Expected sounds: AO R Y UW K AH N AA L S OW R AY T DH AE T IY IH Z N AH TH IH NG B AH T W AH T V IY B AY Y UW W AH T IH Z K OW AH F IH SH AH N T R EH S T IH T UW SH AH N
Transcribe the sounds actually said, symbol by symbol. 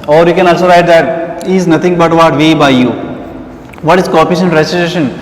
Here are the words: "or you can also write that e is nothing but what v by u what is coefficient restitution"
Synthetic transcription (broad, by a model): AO R Y UW K AH N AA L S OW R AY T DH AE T IY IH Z N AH T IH NG B AH T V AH T V IY B AY Y UW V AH T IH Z K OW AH P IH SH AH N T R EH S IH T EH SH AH N